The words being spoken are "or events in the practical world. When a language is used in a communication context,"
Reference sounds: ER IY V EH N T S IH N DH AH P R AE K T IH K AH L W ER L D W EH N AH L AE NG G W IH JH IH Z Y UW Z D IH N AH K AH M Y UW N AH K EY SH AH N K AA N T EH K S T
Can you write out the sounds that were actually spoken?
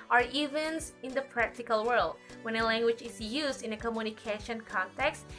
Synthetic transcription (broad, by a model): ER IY V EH N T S IH N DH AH P R AE K T IH K AH L W ER L D W EH N AH L AE NG G W IH JH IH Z Y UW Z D IH N AH K AH M Y UW N AH K EY SH AH N K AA N T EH K S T